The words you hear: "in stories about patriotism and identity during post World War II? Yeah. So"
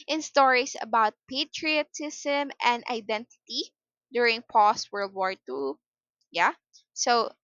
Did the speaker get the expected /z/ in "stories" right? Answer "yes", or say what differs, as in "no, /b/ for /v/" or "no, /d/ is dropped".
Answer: no, /s/ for /z/